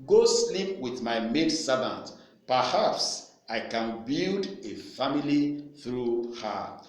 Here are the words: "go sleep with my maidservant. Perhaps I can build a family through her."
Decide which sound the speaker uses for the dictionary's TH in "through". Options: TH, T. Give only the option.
TH